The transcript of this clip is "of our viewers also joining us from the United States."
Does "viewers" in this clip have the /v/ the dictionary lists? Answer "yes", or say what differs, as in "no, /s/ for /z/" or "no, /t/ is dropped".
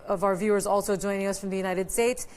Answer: yes